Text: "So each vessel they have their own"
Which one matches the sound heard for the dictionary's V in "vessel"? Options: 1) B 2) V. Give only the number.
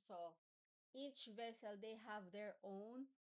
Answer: 2